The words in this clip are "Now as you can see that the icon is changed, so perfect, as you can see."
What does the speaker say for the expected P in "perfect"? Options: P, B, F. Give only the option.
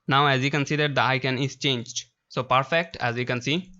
P